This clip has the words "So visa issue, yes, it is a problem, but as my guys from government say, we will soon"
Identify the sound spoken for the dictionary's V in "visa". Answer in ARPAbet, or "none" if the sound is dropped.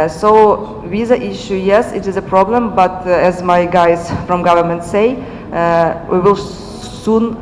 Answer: W